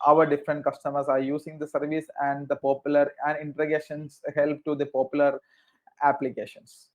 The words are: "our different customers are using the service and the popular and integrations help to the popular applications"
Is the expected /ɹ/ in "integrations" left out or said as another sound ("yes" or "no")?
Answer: yes